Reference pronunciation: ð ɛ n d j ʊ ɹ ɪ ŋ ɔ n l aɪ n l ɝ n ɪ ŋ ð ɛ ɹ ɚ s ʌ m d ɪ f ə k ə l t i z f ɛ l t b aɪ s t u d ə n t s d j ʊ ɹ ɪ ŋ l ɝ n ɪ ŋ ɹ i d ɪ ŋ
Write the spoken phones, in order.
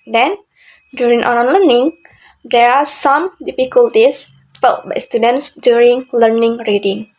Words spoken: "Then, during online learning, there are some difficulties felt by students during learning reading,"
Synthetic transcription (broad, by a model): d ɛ n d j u ɹ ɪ ŋ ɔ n aɪ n l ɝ n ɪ ŋ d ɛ ɹ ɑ s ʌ m d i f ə k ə l t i s f ɛ l t b aɪ s t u d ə n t s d j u ɹ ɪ ŋ l ɝ n ɪ ŋ ɹ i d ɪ ŋ